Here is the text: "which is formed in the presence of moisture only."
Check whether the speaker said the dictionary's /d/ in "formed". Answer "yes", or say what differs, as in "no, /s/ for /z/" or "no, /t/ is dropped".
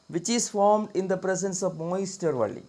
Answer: yes